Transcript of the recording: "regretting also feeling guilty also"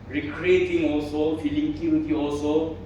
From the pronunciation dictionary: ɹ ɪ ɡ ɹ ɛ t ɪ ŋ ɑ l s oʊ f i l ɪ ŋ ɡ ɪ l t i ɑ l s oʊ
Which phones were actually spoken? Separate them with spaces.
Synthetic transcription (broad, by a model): ɹ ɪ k ɹ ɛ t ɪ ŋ ɑ l s oʊ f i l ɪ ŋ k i w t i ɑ l s oʊ